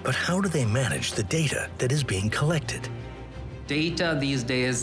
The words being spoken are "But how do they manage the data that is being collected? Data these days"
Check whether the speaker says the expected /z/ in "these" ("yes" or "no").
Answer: yes